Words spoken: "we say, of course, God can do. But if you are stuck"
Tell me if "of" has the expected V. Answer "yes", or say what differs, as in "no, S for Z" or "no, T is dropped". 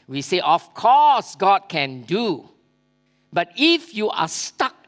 no, F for V